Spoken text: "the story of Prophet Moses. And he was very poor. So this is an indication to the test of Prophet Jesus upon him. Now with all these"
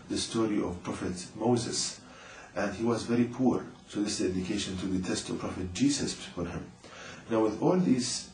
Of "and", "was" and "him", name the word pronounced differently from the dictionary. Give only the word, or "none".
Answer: none